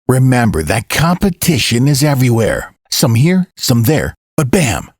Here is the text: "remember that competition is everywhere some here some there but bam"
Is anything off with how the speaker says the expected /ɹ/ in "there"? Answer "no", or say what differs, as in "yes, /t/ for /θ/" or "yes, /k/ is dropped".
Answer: no